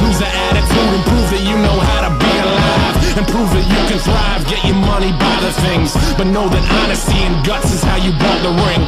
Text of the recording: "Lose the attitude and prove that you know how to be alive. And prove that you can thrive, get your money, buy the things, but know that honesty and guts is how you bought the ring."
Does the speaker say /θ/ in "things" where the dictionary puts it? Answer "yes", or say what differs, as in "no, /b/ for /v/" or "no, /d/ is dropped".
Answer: yes